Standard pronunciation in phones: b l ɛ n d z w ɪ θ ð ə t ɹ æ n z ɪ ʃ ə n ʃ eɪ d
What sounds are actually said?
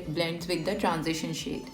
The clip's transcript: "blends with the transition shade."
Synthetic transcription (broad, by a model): b l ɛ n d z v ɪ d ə t ɹ æ n z ɪ ʃ ə n ʃ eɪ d